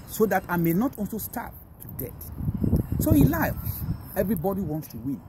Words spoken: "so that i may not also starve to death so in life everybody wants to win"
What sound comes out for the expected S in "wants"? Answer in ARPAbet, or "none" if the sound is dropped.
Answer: S